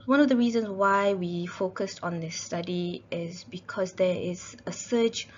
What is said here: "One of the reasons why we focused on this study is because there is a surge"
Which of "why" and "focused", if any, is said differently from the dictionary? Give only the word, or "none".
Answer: none